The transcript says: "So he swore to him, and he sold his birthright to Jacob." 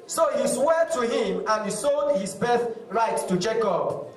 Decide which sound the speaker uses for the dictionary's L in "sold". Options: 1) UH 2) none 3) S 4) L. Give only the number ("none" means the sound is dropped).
2